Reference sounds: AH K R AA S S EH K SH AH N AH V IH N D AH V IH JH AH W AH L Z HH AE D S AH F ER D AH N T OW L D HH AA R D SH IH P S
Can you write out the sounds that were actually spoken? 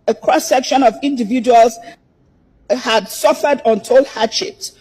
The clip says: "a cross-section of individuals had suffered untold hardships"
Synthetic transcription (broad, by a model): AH K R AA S S EH K SH AH N AH V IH N D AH V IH JH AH W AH L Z HH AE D S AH F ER D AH N T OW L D HH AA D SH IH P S